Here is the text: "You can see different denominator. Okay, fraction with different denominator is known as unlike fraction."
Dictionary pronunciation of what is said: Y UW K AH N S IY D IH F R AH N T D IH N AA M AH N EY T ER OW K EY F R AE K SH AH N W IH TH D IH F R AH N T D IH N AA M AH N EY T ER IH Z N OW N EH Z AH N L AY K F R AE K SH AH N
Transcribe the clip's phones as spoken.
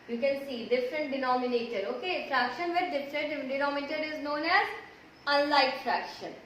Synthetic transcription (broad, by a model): Y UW K AH N S IY D IH F R AH N T D IH N AA M AH N EY T ER OW K EY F R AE K SH AH N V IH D D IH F R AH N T D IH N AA M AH T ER IH Z N OW N EH Z AH N L AY K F R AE K SH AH N